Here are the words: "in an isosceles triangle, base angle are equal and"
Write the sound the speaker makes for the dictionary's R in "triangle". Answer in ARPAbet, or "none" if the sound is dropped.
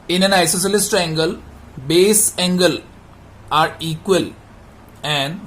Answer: none